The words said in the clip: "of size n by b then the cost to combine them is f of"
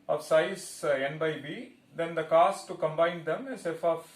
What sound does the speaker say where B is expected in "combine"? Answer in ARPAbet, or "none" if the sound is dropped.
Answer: B